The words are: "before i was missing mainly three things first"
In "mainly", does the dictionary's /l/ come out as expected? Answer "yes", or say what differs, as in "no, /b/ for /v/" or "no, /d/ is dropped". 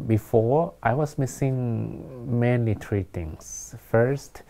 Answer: no, /l/ is dropped